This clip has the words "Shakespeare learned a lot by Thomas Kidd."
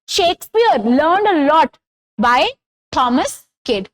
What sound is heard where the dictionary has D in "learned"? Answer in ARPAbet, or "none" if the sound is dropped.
D